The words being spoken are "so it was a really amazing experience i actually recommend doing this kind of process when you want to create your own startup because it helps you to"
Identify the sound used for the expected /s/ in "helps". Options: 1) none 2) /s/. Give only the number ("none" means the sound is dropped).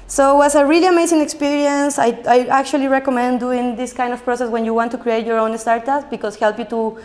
1